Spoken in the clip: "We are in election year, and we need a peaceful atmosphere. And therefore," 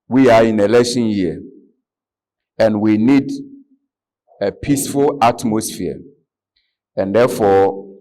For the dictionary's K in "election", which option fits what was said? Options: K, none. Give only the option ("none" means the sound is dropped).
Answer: none